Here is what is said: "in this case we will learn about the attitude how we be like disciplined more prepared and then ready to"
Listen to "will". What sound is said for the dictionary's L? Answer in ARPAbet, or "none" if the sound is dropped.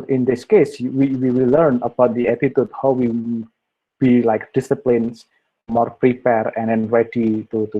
W